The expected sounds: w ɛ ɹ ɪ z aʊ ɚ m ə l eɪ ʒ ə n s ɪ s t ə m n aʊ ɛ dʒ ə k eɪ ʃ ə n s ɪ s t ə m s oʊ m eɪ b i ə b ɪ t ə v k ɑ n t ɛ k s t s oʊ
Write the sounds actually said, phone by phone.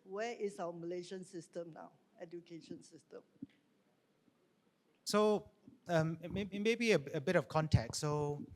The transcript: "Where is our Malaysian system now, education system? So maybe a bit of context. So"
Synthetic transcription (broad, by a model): w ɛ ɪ s aʊ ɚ m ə l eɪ ʃ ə n s ɪ s t ə m n aʊ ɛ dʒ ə k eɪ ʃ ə n s ɪ s t ə m s oʊ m eɪ b i ə b ɪ t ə f k ɑ n t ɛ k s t s oʊ